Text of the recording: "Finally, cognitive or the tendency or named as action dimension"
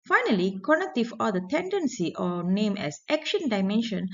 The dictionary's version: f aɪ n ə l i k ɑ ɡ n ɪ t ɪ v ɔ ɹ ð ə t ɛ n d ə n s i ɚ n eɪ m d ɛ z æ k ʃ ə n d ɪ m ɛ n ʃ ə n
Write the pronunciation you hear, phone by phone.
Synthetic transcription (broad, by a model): f aɪ n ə l i k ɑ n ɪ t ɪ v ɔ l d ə t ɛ n d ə n s i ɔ n eɪ m ɛ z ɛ k ʃ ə n d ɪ m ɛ n ʃ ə n